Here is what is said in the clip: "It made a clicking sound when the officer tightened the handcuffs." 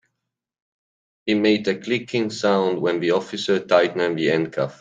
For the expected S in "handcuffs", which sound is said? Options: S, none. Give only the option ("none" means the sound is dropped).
none